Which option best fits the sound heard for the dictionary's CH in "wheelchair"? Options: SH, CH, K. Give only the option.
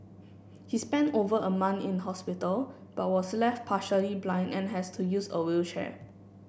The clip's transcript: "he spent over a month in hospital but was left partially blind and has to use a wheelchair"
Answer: SH